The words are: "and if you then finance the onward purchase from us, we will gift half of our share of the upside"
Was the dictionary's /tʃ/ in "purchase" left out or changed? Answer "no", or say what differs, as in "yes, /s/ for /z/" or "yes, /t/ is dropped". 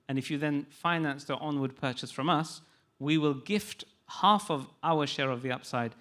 no